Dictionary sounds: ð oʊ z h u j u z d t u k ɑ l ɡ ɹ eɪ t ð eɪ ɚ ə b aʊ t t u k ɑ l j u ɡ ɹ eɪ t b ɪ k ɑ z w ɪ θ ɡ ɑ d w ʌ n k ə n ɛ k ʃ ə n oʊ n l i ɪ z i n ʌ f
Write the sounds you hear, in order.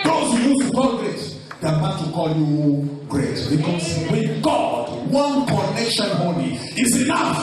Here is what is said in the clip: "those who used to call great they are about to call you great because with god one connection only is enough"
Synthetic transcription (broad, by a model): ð oʊ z h u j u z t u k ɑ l ɡ ɹ eɪ t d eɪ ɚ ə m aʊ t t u k ɑ l j u ɡ ɹ eɪ t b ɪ k ɑ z w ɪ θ ɡ ɑ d w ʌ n k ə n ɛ k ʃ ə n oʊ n i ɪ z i n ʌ f